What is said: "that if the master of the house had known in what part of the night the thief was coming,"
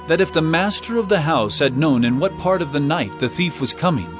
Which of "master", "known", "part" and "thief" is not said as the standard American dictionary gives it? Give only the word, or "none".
none